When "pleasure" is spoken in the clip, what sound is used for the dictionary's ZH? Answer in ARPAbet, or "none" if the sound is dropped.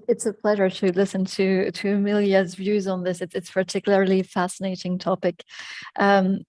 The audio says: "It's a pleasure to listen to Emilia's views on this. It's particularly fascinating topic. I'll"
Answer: ZH